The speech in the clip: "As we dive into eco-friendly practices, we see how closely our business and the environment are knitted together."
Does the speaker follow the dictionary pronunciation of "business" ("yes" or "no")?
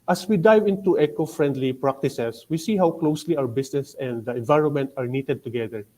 no